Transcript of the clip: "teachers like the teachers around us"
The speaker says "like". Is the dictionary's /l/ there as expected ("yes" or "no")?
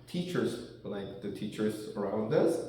yes